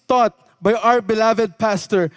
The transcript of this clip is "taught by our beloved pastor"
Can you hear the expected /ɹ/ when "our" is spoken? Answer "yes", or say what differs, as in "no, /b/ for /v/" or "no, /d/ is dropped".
yes